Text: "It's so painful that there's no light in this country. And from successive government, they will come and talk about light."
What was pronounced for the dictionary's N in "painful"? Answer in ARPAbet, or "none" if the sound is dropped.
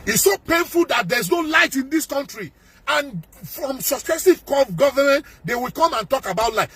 N